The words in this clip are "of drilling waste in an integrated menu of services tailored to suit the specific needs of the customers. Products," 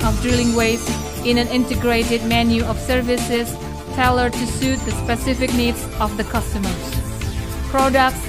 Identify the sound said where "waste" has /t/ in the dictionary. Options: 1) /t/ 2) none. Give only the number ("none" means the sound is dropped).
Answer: 2